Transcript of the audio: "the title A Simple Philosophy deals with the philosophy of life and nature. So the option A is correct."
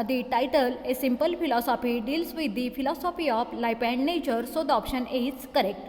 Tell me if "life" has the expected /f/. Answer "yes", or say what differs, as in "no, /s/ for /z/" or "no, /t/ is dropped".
no, /p/ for /f/